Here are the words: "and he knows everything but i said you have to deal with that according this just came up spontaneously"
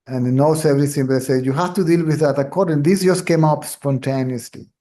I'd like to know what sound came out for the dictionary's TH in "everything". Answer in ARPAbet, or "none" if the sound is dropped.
S